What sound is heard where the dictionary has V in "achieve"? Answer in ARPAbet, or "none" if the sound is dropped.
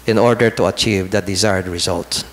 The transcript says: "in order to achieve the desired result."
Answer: V